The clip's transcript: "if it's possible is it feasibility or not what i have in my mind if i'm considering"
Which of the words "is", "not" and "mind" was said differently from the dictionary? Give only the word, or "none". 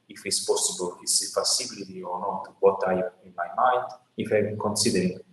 is